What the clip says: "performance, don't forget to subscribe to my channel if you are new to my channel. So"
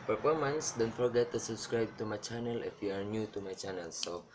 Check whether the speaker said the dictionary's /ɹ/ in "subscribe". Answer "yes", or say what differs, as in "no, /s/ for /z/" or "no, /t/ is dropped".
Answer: yes